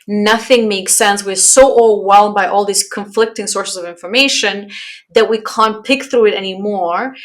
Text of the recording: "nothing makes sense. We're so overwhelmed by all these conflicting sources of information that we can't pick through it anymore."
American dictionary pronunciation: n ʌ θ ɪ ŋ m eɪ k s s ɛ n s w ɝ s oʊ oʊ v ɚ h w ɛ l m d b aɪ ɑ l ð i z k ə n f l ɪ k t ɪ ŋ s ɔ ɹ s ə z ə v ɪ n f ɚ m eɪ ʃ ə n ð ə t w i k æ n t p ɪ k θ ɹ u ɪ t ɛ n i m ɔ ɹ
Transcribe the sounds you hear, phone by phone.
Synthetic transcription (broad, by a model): n ʌ θ ɪ ŋ m eɪ k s s ɛ n s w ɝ s oʊ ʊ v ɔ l w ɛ l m b aɪ ɑ l ð i z k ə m f l ɪ k t ɪ ŋ s ɔ ɹ s ə z ə v ɪ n f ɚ m eɪ ʃ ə n ð ə t w i k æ n p ɪ k θ ɹ u ɪ t ɛ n i m ɔ ɹ